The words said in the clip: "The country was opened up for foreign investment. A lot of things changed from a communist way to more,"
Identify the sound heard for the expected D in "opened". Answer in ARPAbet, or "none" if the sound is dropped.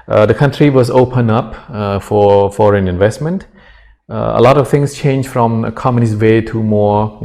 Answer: none